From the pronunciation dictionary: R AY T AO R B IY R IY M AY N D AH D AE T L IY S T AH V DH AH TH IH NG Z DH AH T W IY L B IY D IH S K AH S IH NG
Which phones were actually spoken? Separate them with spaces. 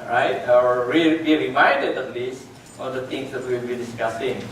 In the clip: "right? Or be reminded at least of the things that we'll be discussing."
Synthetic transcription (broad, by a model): R AY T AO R B IY R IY M AY N D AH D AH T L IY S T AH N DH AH T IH NG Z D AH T W IY L B IY D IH S K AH S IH NG